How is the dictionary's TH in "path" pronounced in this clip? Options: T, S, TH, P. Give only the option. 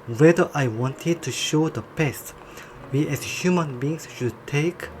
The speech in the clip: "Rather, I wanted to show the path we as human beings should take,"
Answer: S